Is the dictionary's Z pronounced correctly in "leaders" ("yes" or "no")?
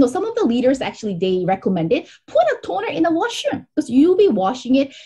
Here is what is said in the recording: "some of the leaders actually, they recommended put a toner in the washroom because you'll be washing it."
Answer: yes